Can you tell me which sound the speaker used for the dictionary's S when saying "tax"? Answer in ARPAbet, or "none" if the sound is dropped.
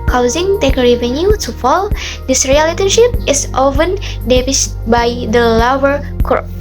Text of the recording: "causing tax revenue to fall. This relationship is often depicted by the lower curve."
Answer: none